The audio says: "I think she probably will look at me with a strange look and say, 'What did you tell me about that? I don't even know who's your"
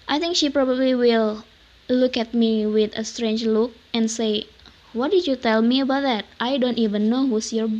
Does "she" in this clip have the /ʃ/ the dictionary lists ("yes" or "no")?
yes